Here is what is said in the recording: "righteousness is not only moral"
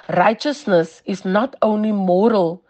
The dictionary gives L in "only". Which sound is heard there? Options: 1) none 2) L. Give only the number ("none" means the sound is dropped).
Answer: 2